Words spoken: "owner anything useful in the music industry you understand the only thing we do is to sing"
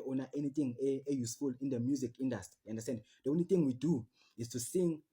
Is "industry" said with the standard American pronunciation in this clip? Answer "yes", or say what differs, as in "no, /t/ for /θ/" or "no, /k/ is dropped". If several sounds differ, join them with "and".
no, /ɹ/ is dropped